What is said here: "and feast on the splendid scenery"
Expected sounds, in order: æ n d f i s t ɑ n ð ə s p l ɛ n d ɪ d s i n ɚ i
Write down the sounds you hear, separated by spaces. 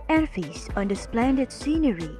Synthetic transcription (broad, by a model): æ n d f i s ɑ n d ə s p l ɛ n d ɪ d s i n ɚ i